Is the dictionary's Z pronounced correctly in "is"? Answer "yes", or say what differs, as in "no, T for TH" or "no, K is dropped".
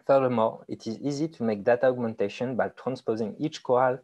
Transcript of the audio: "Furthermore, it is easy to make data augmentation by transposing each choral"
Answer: yes